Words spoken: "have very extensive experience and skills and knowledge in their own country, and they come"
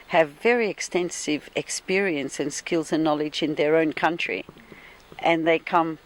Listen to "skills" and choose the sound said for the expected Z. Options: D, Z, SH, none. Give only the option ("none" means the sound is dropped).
Z